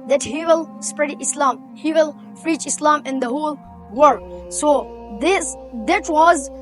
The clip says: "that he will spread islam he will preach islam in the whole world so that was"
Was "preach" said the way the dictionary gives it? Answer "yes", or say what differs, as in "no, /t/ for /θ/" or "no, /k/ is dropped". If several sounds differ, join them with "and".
no, /f/ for /p/